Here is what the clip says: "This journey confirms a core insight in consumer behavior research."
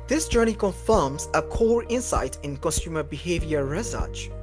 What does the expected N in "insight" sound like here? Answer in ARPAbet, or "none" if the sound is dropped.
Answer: N